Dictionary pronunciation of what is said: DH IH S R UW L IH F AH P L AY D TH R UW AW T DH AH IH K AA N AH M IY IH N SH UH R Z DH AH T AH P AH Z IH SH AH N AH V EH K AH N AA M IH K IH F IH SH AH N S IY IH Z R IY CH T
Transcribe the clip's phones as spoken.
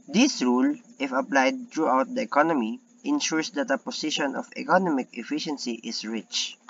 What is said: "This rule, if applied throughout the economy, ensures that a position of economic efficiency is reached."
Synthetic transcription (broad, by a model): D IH S R UW L IH F AH P L AY D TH R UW AW T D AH IH K AA N AH M IY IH N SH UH R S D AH T AH P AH S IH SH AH N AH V EH K AH N AA M IH K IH F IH SH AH N S IY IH S R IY CH